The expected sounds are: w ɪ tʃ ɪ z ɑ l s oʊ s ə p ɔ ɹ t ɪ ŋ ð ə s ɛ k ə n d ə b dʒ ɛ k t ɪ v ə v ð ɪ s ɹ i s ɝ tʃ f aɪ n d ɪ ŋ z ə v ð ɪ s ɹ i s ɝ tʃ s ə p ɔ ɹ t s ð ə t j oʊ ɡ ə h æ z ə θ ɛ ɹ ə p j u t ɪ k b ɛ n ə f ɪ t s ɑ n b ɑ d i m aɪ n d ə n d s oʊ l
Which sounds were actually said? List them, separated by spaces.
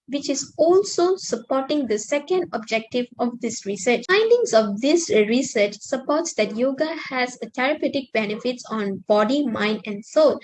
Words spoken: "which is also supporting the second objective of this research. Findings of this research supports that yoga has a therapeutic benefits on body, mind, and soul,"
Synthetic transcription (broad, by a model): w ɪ tʃ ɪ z ɑ l s oʊ s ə p ɔ t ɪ ŋ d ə s ɛ k ə n d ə b dʒ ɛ k t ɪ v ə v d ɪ s ɹ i s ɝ tʃ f aɪ n d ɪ ŋ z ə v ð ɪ s ɹ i s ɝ tʃ s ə p ɔ t s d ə t j oʊ ɡ ə h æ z ə t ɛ ɹ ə p j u t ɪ k b ɛ n ə f ɪ t s ɑ n b ɑ d i m aɪ n d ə n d s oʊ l